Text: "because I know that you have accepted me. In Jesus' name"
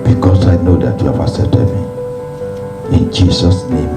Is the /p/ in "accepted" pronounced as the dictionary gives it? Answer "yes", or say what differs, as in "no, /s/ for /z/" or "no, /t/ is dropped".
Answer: no, /p/ is dropped